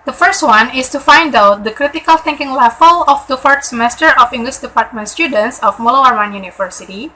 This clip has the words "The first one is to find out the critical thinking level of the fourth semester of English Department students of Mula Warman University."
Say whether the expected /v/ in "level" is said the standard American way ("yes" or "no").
no